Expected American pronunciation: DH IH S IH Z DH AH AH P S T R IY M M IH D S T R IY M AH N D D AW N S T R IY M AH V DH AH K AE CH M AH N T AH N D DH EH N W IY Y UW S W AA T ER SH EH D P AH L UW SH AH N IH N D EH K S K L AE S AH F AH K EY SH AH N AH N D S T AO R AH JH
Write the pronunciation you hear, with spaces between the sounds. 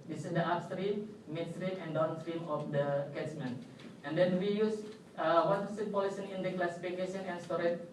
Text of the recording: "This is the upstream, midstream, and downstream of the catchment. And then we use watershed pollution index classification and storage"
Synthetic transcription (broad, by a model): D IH S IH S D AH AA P S T R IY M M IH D S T R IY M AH N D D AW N S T R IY M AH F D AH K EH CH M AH N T AH N D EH N W IY Y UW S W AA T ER S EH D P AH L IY S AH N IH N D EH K K L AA S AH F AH K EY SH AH N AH N S T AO R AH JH